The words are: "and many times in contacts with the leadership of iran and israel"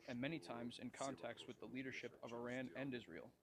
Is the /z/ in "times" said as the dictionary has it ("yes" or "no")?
yes